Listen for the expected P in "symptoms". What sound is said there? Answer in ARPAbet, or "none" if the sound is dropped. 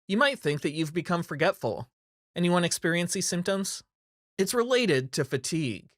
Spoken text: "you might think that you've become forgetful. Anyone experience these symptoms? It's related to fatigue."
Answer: P